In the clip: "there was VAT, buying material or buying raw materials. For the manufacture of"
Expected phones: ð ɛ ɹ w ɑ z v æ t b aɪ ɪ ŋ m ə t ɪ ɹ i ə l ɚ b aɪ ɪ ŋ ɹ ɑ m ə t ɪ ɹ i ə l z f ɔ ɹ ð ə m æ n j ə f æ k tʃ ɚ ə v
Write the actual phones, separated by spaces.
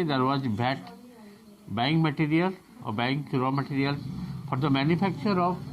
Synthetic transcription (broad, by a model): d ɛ ɹ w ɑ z b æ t b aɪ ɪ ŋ m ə t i ɹ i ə l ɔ b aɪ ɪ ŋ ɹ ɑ m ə t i ɹ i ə l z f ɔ ɹ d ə m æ n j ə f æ k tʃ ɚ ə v